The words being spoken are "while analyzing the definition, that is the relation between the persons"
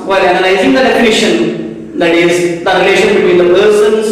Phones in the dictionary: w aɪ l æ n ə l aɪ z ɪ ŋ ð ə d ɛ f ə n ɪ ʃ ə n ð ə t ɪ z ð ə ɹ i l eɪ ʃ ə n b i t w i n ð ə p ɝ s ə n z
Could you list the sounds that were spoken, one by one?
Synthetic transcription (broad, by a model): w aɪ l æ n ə n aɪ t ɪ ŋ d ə d ɛ f ə n ɪ ʃ ə n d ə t ɪ z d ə ɹ i l eɪ ʃ ə n b i t w i n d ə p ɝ s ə n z